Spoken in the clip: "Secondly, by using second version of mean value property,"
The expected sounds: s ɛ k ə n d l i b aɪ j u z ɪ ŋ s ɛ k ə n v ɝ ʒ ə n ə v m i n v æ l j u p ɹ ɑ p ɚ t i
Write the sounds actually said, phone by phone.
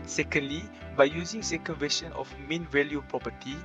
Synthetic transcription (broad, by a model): s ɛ k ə n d l i b aɪ j u z ɪ ŋ s ɛ k ə n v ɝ ʃ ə n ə f m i n v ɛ l j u p ɹ ɑ p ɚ t i